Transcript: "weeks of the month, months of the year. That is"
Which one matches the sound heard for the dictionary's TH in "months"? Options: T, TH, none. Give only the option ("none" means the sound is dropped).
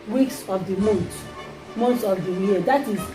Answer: T